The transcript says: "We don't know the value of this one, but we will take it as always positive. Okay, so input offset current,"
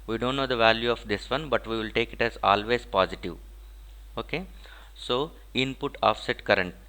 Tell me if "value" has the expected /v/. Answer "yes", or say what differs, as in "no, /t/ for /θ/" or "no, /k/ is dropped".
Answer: yes